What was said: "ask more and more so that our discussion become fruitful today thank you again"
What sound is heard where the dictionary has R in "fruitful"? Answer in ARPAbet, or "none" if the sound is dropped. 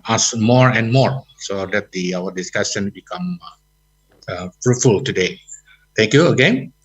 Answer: R